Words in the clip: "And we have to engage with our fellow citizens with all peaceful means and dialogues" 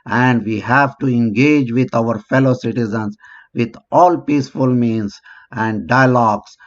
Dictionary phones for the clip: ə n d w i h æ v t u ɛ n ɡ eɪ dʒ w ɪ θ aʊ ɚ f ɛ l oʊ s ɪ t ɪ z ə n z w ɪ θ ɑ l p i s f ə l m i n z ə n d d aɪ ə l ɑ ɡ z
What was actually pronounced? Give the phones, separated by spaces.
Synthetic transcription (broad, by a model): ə n d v i h æ v t u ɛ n ɡ eɪ dʒ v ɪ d aʊ ɚ f ɛ l oʊ s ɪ t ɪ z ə n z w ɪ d ɑ l p i s f ə l m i n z ə n d d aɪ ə l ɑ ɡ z